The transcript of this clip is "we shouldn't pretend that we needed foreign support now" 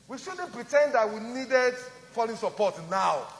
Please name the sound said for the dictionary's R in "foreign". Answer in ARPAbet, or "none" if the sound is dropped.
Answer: L